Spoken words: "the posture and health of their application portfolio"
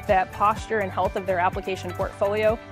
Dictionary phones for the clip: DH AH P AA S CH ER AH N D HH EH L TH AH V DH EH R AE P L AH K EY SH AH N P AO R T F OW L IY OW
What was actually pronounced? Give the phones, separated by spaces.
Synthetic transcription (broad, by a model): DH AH P AA S CH ER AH N HH EH L TH AH V DH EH R AE P L AH K EY SH AH N P AO R T F OW L IY OW